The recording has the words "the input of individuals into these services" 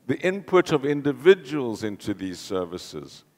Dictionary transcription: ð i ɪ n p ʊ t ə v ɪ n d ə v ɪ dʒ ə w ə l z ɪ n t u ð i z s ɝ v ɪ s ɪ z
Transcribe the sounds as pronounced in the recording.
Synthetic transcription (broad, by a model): ð i ɪ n p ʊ t ə v ɪ n d ə v ɪ dʒ ə w ə l z ɪ n t u ð i z s ɝ v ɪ s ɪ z